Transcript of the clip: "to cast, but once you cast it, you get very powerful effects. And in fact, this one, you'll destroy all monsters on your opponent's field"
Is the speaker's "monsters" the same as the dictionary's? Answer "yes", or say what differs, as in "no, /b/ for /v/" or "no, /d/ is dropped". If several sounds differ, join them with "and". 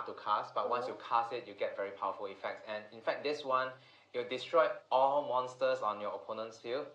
no, /s/ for /z/